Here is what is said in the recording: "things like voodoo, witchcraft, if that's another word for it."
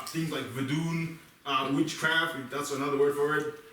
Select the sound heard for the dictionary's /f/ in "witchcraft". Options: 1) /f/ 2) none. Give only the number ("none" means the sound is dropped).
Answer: 1